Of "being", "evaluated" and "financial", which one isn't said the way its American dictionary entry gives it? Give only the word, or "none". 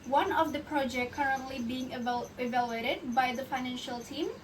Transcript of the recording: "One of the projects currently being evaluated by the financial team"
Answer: none